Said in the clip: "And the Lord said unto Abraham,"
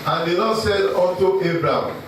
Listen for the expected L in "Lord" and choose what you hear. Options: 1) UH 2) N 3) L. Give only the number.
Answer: 2